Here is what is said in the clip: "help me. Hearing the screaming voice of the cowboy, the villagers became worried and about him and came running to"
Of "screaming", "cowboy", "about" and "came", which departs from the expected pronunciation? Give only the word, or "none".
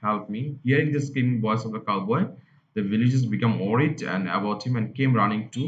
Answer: screaming